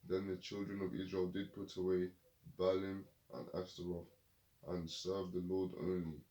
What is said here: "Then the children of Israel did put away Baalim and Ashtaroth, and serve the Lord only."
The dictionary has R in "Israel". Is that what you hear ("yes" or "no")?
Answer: yes